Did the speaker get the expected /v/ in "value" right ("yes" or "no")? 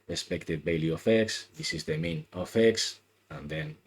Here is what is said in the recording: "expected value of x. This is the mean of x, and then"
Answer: no